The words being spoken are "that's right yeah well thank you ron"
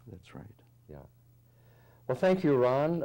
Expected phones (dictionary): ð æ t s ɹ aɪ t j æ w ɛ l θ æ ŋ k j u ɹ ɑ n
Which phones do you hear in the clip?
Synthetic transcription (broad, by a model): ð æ t s ɹ aɪ t j æ w ɛ l θ æ ŋ k j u ɹ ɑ n